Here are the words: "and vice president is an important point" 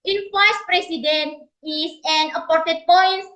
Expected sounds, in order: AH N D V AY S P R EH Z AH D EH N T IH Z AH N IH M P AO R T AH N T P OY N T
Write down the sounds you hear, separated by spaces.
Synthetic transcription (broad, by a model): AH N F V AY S P R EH S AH D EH N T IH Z AH N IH P AO R T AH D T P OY N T